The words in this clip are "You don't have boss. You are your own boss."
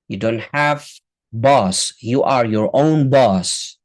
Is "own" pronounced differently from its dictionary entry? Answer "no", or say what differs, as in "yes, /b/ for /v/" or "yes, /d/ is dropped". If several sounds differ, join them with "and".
no